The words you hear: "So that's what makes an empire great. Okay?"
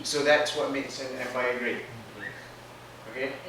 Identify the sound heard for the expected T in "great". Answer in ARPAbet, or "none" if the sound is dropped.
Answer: none